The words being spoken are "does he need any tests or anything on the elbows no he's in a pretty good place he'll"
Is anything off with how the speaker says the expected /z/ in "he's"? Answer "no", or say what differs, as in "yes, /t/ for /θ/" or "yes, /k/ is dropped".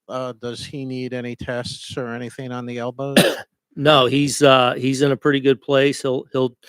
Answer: no